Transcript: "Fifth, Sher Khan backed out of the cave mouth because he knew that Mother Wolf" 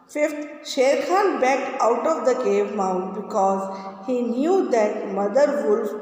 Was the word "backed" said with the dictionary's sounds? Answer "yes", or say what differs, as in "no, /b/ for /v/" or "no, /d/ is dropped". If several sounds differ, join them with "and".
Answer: no, /t/ is dropped